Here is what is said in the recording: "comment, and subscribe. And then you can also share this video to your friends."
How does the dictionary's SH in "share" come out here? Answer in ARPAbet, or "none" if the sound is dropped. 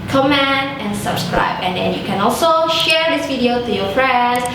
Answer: SH